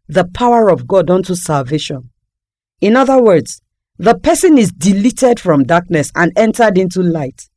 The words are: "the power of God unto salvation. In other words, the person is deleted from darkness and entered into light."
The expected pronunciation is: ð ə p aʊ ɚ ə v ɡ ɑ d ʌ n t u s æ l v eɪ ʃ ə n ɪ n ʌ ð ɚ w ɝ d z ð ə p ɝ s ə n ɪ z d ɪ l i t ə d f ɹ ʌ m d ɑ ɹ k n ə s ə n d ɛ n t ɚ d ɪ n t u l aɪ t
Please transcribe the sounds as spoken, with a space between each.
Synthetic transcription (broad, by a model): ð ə p aʊ ɚ ə v ɡ ɑ d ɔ n t u s æ l v eɪ ʃ ə n ɪ n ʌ ð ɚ w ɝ d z ð ə p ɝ s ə n ɪ z d ɪ l i t ə d f ɹ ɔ m d ɑ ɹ k n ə s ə n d ɛ n t ɚ d ɪ n t u l aɪ t